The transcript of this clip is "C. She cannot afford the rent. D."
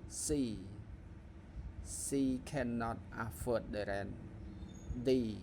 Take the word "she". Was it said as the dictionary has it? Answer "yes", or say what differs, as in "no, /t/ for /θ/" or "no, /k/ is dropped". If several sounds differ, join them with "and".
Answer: no, /s/ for /ʃ/